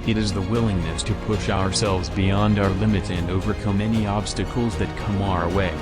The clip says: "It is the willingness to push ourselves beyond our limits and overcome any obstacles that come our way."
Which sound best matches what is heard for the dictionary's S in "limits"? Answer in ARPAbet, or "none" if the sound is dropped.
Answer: none